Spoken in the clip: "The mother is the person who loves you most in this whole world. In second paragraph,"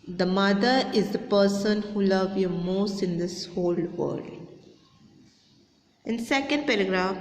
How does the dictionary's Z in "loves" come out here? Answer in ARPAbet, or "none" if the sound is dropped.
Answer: none